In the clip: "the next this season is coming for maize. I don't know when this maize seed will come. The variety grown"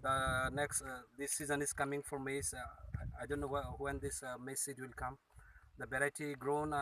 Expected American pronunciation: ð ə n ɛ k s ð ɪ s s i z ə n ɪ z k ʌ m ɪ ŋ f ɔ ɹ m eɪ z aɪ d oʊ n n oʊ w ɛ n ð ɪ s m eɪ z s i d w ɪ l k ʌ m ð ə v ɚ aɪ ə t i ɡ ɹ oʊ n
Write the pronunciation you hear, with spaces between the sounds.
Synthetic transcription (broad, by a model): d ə n ɛ k s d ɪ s s i z ə n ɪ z k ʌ m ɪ ŋ f ɔ ɹ m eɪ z aɪ d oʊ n n oʊ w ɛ n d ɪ s m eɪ s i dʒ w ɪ l k ʌ m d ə b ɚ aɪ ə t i ɡ ɹ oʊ n